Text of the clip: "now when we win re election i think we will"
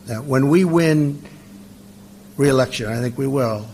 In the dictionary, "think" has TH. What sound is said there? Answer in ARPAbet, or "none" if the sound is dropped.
TH